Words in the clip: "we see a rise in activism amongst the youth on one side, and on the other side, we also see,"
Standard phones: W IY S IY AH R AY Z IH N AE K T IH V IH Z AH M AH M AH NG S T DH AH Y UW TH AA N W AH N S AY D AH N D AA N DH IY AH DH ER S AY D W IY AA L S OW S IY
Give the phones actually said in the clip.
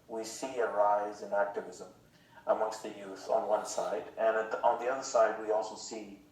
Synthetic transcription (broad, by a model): W IY S IY AH R AY Z IH N AE K T IH V IH Z AH M AH M AH NG S T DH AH Y UW TH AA N W AH N S AY D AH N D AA N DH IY AH DH ER S AY D W IY AA L S OW S IY